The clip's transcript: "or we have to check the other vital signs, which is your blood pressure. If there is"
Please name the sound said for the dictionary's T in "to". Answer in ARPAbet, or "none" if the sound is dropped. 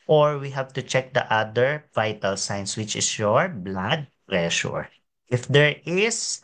T